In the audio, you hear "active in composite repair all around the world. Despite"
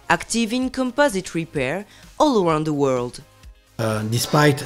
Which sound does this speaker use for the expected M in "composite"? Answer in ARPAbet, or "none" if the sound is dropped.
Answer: M